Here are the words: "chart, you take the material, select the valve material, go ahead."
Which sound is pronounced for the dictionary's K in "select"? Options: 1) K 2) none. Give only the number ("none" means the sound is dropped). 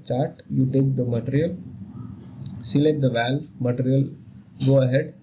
2